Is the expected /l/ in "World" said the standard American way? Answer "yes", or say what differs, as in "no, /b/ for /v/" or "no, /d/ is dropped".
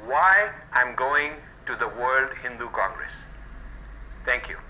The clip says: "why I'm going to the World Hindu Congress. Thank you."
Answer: yes